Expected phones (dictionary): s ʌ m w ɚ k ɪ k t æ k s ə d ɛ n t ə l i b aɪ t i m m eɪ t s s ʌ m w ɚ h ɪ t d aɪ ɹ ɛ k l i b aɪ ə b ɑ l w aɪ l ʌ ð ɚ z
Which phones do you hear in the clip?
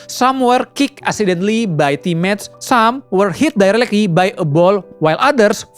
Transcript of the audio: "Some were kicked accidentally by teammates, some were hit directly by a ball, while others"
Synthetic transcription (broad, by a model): s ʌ m w ɚ k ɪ k æ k s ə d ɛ n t l i b aɪ t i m m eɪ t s s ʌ m w ɚ h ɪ t d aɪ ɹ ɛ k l i b aɪ ə b ɑ l w aɪ l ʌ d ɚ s